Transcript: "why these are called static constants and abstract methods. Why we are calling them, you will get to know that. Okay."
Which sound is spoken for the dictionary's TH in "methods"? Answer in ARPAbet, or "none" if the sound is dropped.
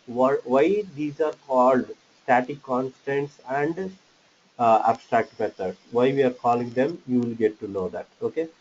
T